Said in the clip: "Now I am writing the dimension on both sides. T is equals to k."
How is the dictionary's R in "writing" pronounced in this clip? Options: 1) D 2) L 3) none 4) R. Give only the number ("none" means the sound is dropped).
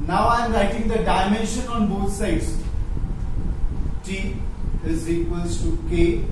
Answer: 2